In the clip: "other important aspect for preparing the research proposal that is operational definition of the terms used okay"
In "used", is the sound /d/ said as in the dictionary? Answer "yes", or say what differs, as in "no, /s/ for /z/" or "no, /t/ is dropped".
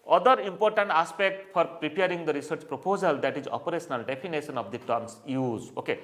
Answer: no, /d/ is dropped